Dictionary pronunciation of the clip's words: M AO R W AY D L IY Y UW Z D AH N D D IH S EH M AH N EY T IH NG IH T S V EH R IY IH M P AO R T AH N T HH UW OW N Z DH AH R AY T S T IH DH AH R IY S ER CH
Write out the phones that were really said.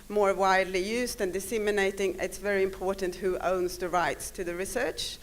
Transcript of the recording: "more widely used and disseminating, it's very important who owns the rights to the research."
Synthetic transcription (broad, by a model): M AO R W AY D L IY Y UW Z D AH N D D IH S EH M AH N EY T IH NG IH T S V EH R IY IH M P AO R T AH N T HH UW OW N Z DH AH R AY T S T IH DH AH R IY S ER CH